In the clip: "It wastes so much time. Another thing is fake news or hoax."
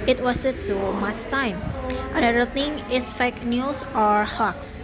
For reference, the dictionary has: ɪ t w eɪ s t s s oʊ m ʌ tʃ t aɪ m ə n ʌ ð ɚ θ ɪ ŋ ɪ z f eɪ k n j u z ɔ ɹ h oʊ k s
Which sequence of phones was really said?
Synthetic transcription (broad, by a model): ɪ t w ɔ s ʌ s s oʊ m ʌ tʃ t aɪ m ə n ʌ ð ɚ t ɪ ŋ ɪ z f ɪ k n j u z ɔ ɹ h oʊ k s